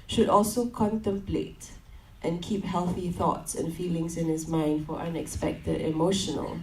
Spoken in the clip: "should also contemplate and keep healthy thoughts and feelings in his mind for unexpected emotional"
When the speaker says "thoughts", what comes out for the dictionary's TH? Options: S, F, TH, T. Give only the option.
TH